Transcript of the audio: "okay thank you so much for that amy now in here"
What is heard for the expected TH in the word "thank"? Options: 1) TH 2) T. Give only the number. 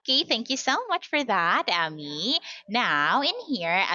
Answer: 1